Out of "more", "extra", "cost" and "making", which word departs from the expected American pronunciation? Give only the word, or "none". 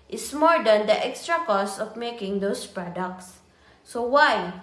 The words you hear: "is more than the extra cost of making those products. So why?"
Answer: cost